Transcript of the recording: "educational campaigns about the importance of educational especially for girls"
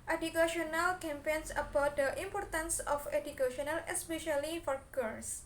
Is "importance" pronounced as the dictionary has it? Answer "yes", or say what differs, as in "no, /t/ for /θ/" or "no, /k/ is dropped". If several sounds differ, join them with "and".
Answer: yes